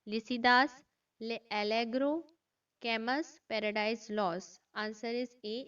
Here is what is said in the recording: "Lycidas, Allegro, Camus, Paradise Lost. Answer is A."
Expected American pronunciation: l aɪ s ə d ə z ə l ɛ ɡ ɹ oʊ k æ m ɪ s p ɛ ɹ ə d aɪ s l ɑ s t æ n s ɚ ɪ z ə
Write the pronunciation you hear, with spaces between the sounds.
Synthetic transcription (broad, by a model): l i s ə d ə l ə l ɛ ɡ ɹ oʊ k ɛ m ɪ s p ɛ ɹ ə d aɪ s l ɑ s ɑ n s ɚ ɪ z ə